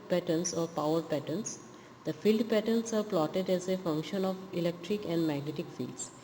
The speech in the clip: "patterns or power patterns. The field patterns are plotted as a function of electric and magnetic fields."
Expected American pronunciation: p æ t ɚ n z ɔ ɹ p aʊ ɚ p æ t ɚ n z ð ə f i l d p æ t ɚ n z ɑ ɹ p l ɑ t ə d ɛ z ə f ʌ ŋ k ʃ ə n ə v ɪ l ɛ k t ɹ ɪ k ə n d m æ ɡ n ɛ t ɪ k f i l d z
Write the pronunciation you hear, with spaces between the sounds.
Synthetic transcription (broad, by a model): p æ t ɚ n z ɔ ɹ p aʊ ɚ p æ t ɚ n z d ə f i l d p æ t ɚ n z ɑ ɹ p l ɑ t ə d ɛ z ə f ʌ ŋ k ʃ ə n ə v ɪ l ɛ k t ɹ ɪ k ə n d m æ ɡ n ɛ t ɪ k f i l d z